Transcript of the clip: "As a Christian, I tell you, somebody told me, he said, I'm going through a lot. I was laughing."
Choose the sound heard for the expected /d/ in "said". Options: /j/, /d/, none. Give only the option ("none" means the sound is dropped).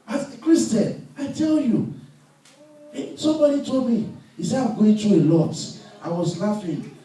none